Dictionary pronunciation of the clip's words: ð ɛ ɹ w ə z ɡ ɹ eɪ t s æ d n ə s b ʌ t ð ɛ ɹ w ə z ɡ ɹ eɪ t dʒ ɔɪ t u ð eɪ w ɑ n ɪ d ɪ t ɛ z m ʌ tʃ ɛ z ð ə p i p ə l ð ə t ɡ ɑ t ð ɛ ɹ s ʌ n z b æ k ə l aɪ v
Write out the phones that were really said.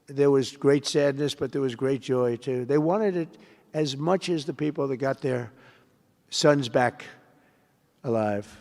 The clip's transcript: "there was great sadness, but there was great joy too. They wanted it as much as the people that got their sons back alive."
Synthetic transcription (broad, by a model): ð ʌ ɹ w ə z ɡ ɹ eɪ t s æ d n ə s b ʌ t ð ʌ ɹ w ə z ɡ ɹ eɪ t dʒ ɔɪ t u ð eɪ w ɑ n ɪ d ɪ t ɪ z m ʌ tʃ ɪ z ð ə p i p l ð ə t ɡ ɑ t ð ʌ ɹ s ʌ n z b æ k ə l aɪ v